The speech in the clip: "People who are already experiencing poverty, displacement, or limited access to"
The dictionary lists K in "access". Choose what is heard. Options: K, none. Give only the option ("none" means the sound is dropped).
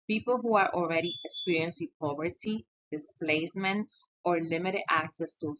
K